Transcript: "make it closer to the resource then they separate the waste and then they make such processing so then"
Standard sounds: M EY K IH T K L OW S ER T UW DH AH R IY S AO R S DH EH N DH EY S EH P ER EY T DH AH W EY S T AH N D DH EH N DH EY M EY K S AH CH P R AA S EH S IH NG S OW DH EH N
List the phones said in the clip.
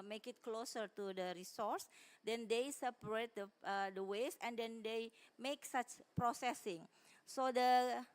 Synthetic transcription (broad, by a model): M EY K IH T K L OW S ER T UW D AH R IY S AO R S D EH N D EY S EH P ER EY T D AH W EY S AH N D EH N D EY M EY K S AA CH P R AA S EH S IH NG S OW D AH